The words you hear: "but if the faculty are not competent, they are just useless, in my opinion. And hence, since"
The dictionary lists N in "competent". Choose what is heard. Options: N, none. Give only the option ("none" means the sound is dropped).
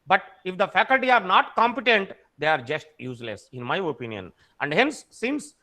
N